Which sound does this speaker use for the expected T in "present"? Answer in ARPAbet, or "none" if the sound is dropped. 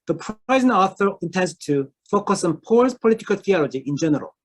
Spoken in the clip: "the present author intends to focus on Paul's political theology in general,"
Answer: none